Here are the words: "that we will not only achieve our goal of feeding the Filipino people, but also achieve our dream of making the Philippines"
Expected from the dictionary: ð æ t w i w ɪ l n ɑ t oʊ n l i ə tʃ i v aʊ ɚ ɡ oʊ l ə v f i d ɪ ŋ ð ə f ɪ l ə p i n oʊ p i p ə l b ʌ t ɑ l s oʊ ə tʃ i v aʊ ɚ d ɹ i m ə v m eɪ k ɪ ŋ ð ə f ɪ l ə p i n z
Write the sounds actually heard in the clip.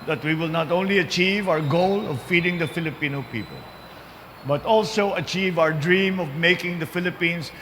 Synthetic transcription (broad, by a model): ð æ t w i w ɪ l n ɑ t oʊ n l i ə tʃ i v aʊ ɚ ɡ oʊ l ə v f i d ɪ ŋ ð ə f ɪ l ə p i n oʊ p i p ə l b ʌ t ɑ l s oʊ ə tʃ i v aʊ ɚ d ɹ i m ə v m eɪ k ɪ ŋ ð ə f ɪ l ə p i n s